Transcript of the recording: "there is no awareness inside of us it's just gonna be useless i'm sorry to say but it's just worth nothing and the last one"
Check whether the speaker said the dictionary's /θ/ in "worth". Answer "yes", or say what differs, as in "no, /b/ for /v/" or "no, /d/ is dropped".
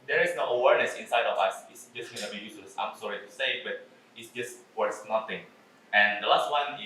no, /s/ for /θ/